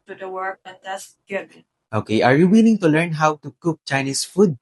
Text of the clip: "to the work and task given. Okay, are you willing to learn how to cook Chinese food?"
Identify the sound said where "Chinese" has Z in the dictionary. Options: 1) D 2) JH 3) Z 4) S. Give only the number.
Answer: 4